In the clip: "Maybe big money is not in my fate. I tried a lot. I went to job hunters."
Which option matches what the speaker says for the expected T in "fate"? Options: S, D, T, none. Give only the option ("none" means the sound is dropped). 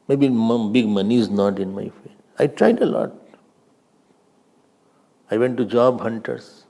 none